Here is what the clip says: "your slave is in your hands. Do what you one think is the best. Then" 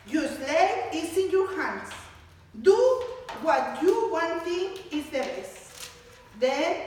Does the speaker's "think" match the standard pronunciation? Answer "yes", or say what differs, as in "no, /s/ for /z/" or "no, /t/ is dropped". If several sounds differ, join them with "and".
no, /t/ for /θ/ and /k/ is dropped